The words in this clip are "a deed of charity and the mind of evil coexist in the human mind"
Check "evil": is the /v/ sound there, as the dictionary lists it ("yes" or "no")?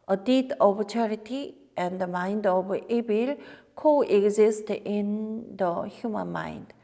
no